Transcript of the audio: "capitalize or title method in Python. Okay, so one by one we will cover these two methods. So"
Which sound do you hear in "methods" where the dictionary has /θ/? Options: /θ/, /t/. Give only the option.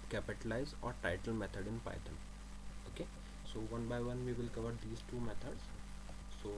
/t/